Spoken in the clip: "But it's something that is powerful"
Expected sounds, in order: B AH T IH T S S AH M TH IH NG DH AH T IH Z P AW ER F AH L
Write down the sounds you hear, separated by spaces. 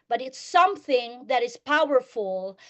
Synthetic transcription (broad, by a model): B AH T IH T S S AH M TH IH NG DH AH T IH Z P AW ER F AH L